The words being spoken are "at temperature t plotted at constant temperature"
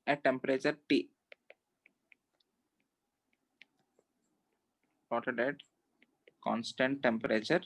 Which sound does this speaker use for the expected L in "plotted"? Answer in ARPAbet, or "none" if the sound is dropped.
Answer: none